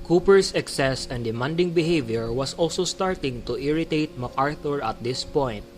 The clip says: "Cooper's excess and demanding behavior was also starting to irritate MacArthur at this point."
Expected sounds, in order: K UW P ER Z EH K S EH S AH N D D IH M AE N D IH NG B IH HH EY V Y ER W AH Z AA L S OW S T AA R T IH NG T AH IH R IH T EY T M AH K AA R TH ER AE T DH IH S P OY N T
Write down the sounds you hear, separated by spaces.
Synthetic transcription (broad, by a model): K UW P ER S EH K S EH S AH N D D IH M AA N D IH NG B IH HH EY V Y ER W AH S AA L S OW S T AA R T IH NG T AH IH R IH T EY T M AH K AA R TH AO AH T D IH S P OY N